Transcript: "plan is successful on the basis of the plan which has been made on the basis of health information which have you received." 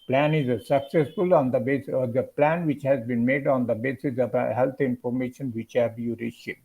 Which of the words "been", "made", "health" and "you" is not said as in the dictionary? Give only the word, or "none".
health